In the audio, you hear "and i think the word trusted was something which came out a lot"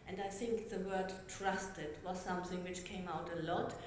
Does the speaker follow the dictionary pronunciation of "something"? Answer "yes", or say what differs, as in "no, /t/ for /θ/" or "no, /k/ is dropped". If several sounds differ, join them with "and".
yes